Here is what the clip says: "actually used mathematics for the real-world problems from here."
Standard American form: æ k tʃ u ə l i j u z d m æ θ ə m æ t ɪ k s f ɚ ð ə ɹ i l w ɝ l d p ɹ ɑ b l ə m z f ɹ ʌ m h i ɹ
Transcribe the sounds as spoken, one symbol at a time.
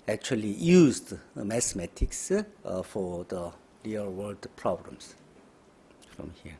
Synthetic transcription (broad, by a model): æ k tʃ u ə l i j u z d m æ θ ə m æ t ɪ k s f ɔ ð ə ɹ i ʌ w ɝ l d p ɹ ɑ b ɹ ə m s f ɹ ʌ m h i